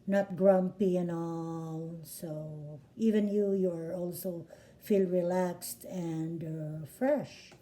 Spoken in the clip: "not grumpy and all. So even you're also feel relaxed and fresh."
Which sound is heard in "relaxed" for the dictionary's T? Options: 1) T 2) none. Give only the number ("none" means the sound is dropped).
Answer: 1